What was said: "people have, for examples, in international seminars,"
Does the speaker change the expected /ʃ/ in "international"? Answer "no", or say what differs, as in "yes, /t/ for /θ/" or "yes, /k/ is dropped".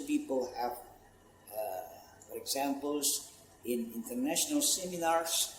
no